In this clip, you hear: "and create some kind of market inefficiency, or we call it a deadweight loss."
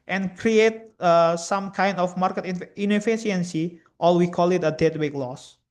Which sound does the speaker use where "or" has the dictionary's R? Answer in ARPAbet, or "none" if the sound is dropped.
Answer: L